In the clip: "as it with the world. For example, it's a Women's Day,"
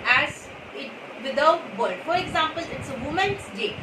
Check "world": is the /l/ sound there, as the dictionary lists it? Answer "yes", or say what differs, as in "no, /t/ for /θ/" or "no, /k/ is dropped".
no, /l/ is dropped